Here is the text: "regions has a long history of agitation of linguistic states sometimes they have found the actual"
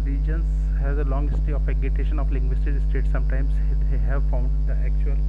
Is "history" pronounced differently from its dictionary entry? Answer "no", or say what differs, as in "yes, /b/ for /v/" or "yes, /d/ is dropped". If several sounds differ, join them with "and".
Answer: yes, /ɹ/ is dropped